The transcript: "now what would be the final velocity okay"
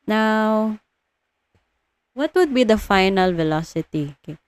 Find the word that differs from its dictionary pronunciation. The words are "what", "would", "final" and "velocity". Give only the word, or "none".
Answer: none